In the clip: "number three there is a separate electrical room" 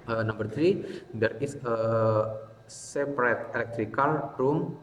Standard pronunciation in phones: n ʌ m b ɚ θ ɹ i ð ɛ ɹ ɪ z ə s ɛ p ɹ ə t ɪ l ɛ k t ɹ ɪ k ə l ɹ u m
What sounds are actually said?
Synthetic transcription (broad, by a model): n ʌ m b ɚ t ɹ i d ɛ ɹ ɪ s ə s ɛ p ɹ ə t ɪ l ɛ k t ɹ ɪ k ə l ɹ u m